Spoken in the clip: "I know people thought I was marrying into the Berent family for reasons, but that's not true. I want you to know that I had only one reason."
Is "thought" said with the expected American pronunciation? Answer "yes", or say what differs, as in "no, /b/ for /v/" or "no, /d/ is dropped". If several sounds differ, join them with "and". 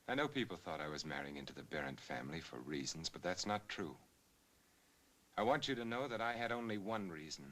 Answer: yes